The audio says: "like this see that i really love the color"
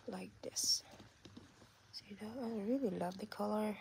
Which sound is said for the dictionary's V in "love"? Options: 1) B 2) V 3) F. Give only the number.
2